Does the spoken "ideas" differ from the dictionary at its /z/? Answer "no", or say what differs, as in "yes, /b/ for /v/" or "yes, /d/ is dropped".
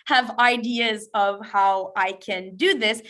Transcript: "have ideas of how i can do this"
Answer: no